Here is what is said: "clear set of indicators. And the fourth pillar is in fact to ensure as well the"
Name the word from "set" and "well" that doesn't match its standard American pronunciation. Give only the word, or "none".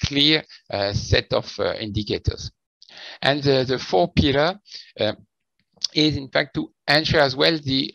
none